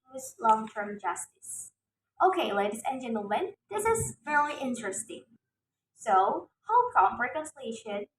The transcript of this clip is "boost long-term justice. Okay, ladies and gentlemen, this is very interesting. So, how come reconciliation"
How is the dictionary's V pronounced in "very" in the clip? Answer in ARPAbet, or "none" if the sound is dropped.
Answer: F